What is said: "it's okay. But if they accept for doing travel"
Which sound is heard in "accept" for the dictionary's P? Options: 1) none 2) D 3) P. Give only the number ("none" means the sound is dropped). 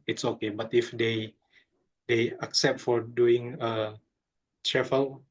3